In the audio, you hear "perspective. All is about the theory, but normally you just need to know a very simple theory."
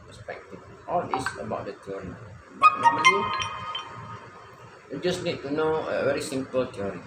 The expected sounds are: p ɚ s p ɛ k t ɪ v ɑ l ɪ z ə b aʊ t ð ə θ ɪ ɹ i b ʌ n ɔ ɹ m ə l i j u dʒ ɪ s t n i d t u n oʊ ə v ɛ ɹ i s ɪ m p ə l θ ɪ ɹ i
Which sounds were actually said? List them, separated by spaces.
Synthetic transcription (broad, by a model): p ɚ s p ɛ k t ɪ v ɑ l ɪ s ə b aʊ t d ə t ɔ ɹ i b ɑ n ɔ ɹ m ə i j u dʒ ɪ s n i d t u n oʊ ə v ɛ ɹ i s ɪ m p ə l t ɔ ɹ i